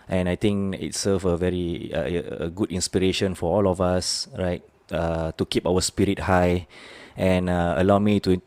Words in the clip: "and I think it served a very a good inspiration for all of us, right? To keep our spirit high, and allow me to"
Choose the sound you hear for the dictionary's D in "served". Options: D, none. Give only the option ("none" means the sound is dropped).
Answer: none